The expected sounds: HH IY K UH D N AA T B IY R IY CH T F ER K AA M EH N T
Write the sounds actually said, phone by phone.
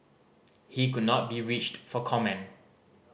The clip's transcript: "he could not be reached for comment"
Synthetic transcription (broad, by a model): HH IY K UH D N AA T B IY R IY CH T F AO K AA M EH N